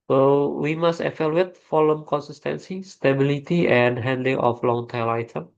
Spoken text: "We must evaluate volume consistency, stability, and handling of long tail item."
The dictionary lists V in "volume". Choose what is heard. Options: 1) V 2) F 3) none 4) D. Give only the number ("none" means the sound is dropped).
2